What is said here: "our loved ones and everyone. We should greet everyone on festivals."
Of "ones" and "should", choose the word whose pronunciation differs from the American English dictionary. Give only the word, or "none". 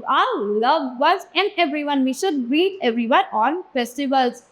ones